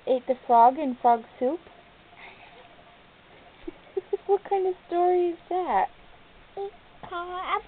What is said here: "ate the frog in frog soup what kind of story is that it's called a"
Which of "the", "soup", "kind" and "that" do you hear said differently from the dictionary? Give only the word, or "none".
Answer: none